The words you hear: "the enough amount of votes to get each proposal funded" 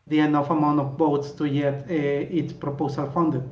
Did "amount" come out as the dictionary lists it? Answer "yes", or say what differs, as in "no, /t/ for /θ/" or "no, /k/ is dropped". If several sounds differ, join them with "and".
no, /t/ is dropped